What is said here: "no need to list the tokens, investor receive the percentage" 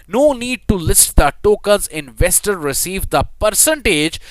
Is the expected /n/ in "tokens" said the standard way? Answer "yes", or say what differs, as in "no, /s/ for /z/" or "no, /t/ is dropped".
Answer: no, /l/ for /n/